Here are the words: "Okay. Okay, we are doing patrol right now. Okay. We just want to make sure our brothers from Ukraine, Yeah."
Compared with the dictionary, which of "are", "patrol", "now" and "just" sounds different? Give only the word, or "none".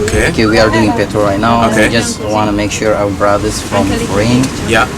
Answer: patrol